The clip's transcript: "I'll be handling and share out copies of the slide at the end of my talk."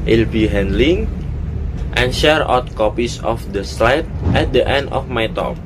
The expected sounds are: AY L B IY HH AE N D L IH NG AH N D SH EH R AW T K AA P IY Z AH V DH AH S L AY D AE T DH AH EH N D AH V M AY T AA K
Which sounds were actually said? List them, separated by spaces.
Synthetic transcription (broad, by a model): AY L B IY HH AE N D L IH NG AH N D SH EH R AW T K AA P IY S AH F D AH S L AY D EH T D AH EH N D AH F M AY T AA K